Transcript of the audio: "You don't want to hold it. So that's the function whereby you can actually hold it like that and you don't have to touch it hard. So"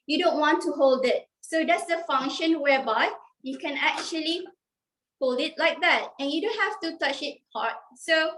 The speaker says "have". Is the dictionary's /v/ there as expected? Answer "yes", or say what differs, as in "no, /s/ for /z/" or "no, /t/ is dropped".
no, /f/ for /v/